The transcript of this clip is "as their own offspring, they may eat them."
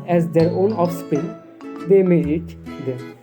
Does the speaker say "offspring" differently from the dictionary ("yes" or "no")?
yes